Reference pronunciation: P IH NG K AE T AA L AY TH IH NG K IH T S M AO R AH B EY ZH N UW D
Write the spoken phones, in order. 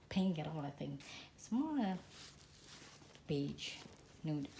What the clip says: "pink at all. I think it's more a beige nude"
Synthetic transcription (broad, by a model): P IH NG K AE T AA L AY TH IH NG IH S M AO L AH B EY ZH N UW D